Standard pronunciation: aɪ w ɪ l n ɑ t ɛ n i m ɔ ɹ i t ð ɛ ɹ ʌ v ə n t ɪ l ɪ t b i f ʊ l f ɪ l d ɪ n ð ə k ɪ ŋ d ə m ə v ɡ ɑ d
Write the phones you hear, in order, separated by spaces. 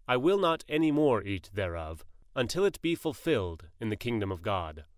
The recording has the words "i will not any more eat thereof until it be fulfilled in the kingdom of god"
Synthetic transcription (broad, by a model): aɪ w ɪ l n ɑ t ɛ n i m ɔ ɹ i t ð ɛ ɹ ʌ v ə n t ɪ l ɪ t b i f ʊ l f ɪ l d ɪ n ð ə k ɪ ŋ d ə m ə v ɡ ɑ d